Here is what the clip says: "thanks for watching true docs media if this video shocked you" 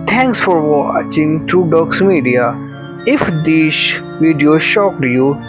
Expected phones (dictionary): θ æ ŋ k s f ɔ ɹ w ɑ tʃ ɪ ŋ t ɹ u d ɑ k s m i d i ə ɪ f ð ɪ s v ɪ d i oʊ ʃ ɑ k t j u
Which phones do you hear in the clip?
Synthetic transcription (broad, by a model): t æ ŋ k s f ɔ ɹ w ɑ tʃ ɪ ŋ t ɹ u d ɑ k s m i d i ə ɪ f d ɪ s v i d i oʊ ʃ ɑ k t j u